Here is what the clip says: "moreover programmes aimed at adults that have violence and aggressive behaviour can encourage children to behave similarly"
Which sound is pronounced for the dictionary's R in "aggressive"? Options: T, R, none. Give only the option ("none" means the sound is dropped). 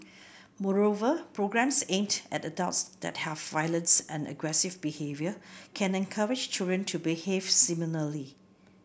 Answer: R